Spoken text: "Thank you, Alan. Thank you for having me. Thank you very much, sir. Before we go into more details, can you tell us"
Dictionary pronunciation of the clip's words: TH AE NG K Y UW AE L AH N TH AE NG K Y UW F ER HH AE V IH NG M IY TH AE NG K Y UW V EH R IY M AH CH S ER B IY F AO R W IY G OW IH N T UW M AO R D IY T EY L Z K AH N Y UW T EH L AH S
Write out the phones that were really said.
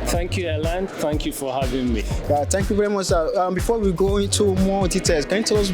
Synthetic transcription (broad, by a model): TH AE NG K Y UW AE L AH N TH AE NG K Y UW F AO HH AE V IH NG M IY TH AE NG K Y UW V EH R IY M AH CH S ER B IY F AO W IY G OW IH N T UW M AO W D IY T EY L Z K AH N Y UW T EH L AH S